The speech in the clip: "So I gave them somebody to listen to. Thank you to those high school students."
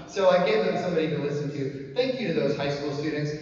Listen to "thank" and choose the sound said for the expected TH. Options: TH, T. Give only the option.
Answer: TH